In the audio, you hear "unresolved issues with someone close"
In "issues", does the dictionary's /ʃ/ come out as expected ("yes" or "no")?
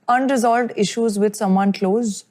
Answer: yes